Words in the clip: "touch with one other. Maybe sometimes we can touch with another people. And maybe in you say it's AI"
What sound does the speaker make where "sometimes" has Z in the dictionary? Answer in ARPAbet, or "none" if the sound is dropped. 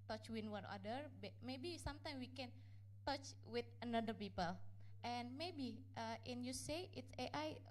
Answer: none